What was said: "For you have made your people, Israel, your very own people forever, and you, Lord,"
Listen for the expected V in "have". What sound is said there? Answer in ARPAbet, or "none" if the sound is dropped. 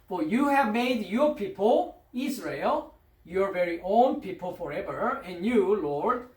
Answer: V